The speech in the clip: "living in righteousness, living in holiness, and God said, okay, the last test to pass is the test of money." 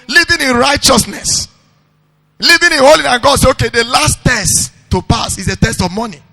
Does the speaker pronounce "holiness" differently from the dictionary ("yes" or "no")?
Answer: yes